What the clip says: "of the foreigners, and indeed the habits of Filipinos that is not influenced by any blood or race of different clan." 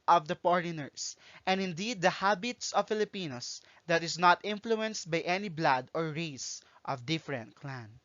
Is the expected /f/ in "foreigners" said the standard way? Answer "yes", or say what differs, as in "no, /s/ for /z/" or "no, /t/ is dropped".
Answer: no, /p/ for /f/